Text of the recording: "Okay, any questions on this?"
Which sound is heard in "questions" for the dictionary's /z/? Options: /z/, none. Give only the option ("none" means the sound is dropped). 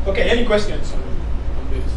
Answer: none